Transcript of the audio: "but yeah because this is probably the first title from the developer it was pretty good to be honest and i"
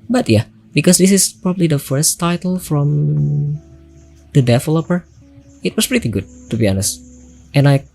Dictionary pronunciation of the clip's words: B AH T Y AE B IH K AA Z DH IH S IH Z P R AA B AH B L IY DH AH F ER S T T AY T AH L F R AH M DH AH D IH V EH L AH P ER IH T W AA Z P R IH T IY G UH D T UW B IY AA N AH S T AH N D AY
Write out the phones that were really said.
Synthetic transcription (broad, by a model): B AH T Y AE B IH K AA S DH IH S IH S P R AA B AH B L IY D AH F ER S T T AY T AH L F R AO M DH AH D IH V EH L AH P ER IH T W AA S P R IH T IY G UH D T UW B IY AA N AH S T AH N AY